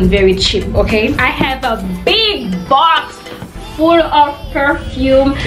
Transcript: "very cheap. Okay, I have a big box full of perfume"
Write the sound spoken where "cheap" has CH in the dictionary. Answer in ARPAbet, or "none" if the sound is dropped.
CH